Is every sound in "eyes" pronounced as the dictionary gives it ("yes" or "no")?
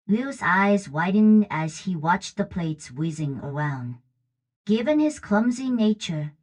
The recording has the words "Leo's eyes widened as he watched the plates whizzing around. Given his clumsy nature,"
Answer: yes